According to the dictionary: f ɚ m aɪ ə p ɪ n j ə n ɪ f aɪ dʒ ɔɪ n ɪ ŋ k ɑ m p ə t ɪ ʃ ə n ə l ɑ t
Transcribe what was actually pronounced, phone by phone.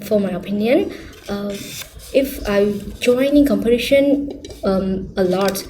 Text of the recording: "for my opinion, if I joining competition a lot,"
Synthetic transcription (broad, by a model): f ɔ m aɪ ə p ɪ n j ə n ɪ f aɪ dʒ ɔɪ n ɪ ŋ k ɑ m p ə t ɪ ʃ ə n ə l ɑ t